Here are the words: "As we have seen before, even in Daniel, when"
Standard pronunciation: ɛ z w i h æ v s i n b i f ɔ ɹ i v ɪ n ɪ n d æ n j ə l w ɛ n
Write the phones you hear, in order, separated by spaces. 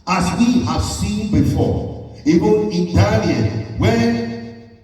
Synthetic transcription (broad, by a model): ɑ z w i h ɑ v s i n b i f ɔ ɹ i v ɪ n ɪ n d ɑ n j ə n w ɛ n